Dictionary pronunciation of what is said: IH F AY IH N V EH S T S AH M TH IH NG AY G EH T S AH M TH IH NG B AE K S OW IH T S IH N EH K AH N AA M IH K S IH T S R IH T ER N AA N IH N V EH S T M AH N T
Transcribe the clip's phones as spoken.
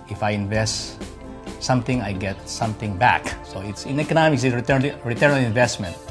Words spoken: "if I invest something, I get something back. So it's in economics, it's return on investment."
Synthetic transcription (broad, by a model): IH F AY IH N V EH S T S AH M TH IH NG AY G EH T S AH M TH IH NG B AE K S OW IH T S IH N EH K AH N AA M IH K S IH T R R IH T ER N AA L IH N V EH S T M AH N T